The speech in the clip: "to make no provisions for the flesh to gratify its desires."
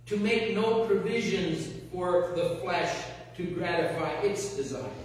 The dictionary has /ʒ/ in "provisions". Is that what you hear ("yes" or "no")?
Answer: yes